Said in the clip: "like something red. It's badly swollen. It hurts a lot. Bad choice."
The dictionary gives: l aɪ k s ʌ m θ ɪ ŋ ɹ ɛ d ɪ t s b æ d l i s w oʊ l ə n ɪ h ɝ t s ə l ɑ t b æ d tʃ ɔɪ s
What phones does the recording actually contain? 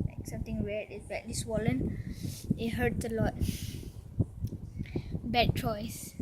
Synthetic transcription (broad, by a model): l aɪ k s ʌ m t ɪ ŋ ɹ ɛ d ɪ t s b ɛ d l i s w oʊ l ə n ɪ h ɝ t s ə l ɑ t b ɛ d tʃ ɔɪ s